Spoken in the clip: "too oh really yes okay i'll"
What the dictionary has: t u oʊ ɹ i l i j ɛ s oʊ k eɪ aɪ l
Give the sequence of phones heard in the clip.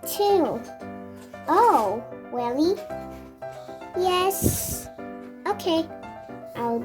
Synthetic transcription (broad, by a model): t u oʊ w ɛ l i j ɛ s oʊ k eɪ aɪ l